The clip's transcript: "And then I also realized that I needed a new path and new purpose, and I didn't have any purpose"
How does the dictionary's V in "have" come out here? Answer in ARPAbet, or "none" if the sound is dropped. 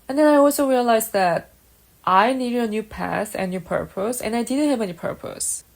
V